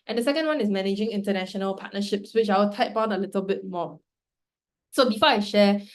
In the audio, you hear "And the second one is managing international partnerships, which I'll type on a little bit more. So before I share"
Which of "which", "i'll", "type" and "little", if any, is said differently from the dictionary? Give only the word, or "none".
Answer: i'll